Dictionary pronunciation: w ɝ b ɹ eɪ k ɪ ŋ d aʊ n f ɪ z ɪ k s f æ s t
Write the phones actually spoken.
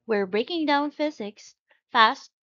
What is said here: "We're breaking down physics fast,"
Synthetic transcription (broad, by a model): w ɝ b ɹ eɪ k ɪ ŋ d aʊ n f ɪ z ɪ k s f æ s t